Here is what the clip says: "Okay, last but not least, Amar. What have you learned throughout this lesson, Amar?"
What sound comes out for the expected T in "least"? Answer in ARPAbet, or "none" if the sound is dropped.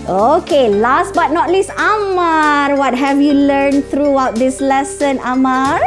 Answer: none